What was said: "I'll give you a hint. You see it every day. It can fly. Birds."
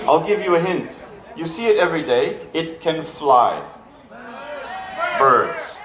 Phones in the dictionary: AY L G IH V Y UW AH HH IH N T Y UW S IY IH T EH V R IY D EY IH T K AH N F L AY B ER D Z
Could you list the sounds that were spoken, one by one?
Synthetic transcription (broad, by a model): AY L G IH V Y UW AH HH IH N T Y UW S IY IH T EH V R IY D EY IH T K AH N F L AY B ER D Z